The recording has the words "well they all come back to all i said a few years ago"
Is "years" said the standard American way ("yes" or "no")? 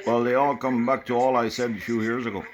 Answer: yes